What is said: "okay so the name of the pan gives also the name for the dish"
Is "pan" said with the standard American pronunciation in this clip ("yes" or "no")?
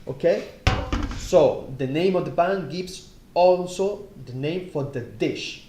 no